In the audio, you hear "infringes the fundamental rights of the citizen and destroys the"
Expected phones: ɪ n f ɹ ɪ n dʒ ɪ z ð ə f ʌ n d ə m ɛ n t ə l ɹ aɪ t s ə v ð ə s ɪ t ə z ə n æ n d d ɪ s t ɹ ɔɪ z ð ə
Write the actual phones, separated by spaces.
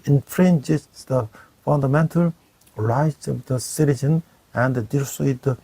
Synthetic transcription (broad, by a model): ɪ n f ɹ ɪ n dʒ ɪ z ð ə f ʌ n d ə m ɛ n t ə l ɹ aɪ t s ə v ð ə s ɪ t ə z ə n æ n d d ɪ t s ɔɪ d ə